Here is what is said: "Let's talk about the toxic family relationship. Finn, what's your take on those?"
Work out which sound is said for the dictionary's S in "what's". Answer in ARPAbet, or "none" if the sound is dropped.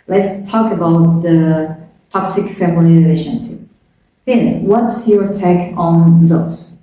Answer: S